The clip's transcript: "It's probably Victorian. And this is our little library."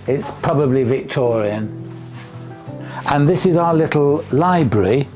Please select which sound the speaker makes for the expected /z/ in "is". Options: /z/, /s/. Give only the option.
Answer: /z/